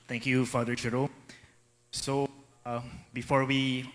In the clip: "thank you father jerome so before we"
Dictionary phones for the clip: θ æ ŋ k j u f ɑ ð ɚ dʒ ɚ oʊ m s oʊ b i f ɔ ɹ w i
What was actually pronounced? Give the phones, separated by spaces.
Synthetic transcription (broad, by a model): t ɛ ŋ k j u f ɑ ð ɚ tʃ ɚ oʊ s oʊ b i f ɔ ɹ w i